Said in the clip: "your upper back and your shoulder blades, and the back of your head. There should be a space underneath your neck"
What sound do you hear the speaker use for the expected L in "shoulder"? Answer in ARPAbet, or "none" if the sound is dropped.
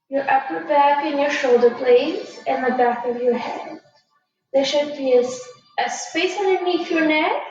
L